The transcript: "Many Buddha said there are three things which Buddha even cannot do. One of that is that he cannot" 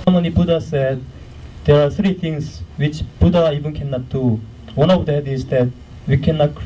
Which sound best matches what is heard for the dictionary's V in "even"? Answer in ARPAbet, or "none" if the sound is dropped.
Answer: B